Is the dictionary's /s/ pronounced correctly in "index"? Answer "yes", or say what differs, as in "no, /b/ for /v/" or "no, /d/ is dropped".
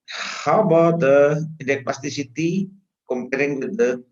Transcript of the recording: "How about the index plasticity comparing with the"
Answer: no, /s/ is dropped